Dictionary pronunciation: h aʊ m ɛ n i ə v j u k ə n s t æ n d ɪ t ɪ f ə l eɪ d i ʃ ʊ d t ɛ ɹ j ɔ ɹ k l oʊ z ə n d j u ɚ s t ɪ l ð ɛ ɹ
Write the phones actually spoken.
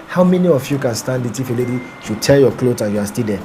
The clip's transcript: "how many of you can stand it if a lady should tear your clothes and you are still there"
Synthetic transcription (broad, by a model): h aʊ m ɛ n i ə f j u k ə n s t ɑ n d ɪ t ɪ f ə l eɪ d i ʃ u t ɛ l j ɔ k l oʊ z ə n j u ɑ s t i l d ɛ